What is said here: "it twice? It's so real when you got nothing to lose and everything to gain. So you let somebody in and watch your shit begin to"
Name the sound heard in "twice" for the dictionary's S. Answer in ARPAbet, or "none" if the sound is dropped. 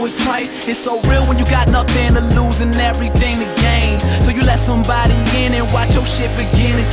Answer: none